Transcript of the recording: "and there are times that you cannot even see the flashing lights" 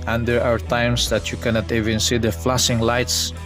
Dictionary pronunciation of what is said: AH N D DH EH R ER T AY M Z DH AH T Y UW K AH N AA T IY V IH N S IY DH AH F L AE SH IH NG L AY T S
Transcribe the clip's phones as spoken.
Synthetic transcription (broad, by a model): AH N D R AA W ER T AY M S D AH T Y UW K AH N AA T IY V IH N S IY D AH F L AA S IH NG L AY T S